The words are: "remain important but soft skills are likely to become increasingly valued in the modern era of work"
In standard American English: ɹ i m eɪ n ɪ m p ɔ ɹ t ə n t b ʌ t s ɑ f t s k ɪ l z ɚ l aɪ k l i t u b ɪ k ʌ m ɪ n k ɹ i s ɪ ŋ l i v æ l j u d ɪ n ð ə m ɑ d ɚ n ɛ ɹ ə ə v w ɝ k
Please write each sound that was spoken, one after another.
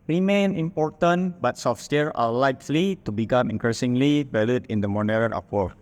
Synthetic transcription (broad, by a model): ɹ i m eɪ n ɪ m p ɔ ɹ t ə n b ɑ t s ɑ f s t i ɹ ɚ l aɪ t l i t u b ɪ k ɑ m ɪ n k ɹ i s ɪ ŋ l i b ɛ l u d ɪ n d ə m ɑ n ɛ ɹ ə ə p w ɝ